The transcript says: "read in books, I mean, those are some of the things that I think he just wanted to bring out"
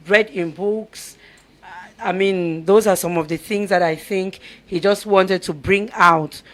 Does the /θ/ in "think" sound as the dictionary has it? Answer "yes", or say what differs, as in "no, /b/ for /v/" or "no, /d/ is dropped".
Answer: yes